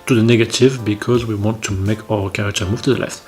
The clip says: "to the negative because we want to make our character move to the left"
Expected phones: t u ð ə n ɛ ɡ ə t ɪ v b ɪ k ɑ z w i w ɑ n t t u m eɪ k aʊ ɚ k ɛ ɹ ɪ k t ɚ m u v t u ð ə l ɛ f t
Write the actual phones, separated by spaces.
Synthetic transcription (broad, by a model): t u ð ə n ɛ ɡ ə t ɪ v b ɪ k ɑ z w i w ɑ n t t u m eɪ k aʊ ɚ k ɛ ɹ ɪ k t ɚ m u v t u ð ə l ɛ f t